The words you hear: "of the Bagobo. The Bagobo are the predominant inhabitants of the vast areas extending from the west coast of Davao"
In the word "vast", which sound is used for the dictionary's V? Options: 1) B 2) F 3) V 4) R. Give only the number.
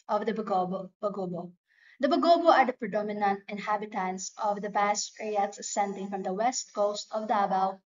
1